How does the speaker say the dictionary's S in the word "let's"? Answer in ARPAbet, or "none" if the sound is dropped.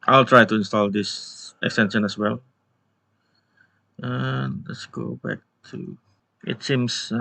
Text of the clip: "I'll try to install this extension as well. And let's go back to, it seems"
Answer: S